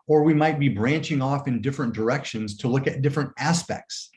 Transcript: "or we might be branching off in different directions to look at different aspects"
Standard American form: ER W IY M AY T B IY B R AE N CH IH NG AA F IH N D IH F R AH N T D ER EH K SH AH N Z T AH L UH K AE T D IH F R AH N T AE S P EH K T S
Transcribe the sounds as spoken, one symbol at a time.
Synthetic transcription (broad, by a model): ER W IY M AY T B IY B R AE N CH IH NG AA F IH N D IH F R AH N D ER EH K SH AH N Z T AH L UH K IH T D IH F R AH N T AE S P EH K T S